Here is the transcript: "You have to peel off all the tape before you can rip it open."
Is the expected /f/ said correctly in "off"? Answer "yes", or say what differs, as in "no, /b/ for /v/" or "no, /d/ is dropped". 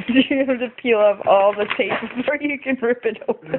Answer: no, /p/ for /f/